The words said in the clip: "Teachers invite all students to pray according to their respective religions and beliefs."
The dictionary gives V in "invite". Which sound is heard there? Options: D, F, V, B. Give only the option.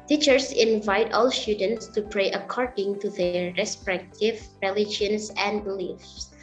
V